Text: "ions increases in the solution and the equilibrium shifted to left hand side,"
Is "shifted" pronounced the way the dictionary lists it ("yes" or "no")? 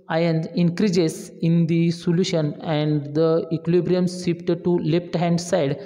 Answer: no